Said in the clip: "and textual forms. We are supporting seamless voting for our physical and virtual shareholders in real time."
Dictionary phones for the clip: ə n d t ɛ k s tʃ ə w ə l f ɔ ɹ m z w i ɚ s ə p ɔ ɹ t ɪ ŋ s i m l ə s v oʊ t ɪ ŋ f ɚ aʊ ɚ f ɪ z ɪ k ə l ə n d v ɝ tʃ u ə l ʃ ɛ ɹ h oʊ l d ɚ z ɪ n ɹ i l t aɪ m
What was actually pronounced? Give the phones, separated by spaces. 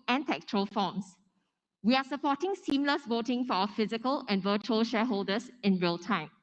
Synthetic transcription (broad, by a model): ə n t ɛ k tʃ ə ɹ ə l f ɔ m s w i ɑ s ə p ɔ t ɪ ŋ s i m l ə s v oʊ t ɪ ŋ f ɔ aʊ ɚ f ɪ z ɪ k ə l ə n v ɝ tʃ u ə l ʃ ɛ h oʊ l d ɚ s ɪ n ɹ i l t aɪ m